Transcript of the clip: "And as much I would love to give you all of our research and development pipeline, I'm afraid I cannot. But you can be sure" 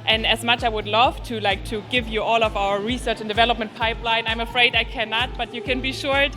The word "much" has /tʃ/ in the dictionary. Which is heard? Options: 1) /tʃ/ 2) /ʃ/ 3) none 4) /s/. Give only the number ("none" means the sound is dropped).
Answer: 1